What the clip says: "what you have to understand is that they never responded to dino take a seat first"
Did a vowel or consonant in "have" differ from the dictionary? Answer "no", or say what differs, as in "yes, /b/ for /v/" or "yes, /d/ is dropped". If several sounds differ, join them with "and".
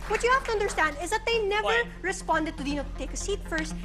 yes, /f/ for /v/